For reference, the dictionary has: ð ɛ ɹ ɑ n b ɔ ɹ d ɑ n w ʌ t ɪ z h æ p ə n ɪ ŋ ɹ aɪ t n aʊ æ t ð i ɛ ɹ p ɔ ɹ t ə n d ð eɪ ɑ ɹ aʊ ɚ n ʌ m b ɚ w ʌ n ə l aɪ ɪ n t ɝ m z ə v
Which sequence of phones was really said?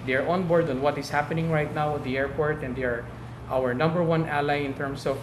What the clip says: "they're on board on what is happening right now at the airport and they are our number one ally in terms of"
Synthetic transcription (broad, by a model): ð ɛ ɹ ɑ n b ɔ ɹ d ɑ n w ʌ t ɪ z h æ p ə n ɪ ŋ ɹ aɪ t n aʊ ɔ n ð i ɛ ɹ p ɔ ɹ t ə n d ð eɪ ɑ ɹ aʊ ɚ n ʌ m b ɚ w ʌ n ə l aɪ ɪ n t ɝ m s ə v